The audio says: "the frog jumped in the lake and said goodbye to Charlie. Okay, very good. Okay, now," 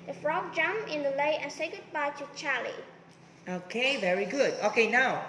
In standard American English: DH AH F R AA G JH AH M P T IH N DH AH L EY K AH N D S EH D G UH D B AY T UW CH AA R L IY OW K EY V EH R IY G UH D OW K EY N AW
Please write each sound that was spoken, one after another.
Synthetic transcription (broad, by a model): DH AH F R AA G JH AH M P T IH N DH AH L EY AH N S EH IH G UH D B AY T UW CH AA L IY OW K EY V EH R IY G UH D OW K EY N AW